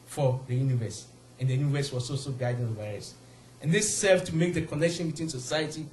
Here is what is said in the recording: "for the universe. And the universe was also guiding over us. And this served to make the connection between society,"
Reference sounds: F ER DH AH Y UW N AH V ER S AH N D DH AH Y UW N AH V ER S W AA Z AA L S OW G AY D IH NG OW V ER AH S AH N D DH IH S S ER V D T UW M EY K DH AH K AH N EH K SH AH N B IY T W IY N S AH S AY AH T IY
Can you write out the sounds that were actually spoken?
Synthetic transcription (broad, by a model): F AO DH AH Y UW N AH V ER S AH N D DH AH Y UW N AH V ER S W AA S AA L S OW G AY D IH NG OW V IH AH S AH N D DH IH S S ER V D T UW M EY K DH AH K AH N EH K SH AH N B IY T W IY N S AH S AY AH T IY